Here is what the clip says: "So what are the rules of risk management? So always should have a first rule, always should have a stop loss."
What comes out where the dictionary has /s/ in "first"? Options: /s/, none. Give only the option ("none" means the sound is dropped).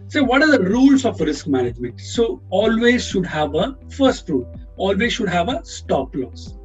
/s/